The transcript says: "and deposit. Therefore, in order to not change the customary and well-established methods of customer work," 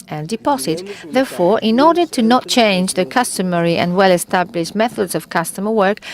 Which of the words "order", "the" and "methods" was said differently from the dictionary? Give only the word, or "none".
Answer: none